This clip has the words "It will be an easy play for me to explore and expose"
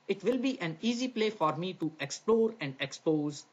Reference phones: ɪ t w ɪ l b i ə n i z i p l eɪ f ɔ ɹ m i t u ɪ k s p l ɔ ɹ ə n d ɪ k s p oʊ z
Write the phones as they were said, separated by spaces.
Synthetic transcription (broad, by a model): ɪ t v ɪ l b i ə n i z i p l eɪ f ɔ ɹ m i t u ɪ k s p l ɔ ɹ ə n d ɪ k s p oʊ z